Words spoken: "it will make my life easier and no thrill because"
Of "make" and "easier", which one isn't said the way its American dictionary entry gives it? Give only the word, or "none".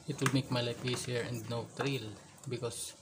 easier